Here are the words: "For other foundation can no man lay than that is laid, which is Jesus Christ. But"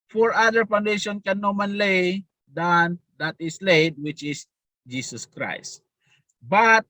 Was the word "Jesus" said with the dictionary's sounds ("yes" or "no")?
no